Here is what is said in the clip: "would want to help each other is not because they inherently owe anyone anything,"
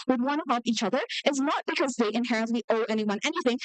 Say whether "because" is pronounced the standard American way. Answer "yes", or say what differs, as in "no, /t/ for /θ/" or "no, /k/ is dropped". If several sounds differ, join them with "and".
yes